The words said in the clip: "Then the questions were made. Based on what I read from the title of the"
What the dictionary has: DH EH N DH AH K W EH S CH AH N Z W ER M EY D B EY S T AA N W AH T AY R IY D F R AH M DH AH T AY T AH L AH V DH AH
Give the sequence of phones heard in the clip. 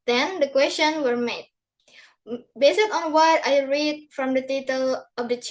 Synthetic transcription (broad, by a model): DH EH N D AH K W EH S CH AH N W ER M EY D B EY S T AA N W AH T AY R IY D F R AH M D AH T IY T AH L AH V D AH